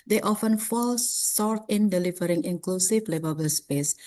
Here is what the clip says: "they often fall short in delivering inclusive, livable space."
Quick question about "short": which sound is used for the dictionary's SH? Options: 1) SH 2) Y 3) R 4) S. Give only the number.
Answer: 4